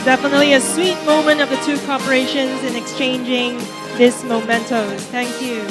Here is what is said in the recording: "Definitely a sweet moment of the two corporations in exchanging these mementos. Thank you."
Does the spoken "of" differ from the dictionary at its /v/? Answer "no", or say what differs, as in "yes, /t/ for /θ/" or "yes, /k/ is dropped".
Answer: no